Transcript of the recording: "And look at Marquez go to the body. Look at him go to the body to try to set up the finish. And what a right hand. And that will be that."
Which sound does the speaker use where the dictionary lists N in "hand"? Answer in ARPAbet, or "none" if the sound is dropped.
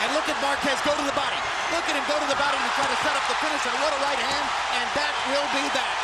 N